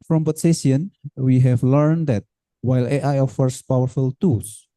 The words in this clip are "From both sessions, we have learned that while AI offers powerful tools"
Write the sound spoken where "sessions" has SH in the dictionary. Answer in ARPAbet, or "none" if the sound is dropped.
none